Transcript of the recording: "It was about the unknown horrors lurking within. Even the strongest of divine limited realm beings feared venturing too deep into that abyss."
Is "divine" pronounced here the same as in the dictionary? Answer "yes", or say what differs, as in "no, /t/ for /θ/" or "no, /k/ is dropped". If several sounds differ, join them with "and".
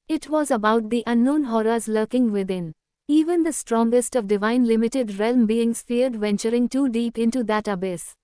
yes